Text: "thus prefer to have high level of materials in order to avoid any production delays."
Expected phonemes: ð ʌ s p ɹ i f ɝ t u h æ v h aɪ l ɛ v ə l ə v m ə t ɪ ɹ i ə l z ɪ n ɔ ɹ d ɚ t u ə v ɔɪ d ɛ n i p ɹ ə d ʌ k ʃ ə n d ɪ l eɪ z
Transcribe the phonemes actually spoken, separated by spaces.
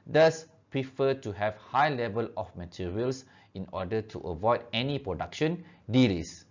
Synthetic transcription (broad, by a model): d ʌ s p ɹ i f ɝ t u h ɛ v h aɪ l ɛ v ə l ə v m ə t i ɹ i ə l s ɪ n ɔ d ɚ t u ə v ɔɪ d ɛ n i p ɹ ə d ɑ k ʃ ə n d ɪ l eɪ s